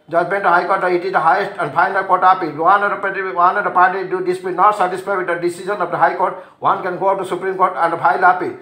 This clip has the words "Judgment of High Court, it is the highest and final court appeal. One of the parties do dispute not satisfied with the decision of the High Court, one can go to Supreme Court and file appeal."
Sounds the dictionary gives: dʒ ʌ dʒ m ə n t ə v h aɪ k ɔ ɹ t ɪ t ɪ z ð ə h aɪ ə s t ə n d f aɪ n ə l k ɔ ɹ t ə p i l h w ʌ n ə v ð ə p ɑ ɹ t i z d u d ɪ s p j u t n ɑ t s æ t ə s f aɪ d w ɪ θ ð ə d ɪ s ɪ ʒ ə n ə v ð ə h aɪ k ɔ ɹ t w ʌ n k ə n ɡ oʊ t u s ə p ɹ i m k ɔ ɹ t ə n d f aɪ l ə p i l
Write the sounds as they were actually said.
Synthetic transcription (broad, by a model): dʒ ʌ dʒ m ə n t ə h aɪ k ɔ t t ɪ t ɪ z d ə h aɪ ə s t ə n d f aɪ n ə l k ɔ ɹ t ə p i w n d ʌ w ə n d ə p ɑ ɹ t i d u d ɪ s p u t n ɑ t s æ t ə s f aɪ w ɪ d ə d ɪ s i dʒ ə n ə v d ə h aɪ k ɔ ɹ t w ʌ n k ə n ɡ oʊ t u s ə p ɹ i m k ɔ ɹ t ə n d p aɪ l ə p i